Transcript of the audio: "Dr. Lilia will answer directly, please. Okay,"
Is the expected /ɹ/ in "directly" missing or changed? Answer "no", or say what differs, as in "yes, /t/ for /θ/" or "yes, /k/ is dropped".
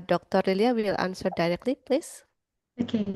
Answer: no